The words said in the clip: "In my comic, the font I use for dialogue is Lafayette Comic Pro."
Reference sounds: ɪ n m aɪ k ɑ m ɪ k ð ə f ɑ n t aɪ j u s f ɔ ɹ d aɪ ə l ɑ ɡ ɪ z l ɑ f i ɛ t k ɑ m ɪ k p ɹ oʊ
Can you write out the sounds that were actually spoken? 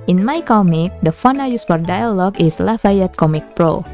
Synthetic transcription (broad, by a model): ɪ n m aɪ k ɑ m ɪ k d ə f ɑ n aɪ j u s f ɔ ɹ d aɪ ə l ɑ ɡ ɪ s l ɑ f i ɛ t k ɑ m ɪ k p ɹ oʊ